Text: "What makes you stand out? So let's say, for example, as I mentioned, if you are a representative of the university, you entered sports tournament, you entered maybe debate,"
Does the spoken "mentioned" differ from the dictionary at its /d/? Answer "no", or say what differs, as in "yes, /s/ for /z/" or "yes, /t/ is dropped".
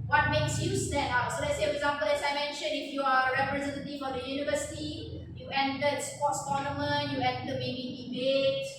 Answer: yes, /d/ is dropped